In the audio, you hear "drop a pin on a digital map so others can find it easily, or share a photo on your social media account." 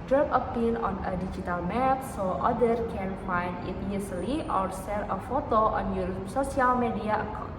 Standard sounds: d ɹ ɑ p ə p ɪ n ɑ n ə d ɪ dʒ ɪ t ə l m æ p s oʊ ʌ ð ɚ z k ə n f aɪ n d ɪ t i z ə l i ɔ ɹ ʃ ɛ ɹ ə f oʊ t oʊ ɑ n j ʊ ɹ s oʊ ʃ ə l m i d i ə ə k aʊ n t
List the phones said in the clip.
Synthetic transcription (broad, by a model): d ɹ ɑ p ə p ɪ n ɑ n ə d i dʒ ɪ t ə l m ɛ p s oʊ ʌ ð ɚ k ə n f aɪ n d ɪ t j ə l i ɔ ɹ s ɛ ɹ ə f oʊ t oʊ ɑ n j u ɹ s oʊ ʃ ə l m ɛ d i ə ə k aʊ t